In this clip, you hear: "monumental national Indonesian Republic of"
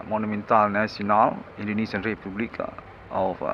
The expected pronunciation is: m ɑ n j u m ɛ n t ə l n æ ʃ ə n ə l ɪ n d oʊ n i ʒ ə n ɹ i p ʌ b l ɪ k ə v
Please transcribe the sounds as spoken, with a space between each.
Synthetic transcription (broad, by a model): m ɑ n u m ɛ n t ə l n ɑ s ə n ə l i n d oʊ n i s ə n ɹ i p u b l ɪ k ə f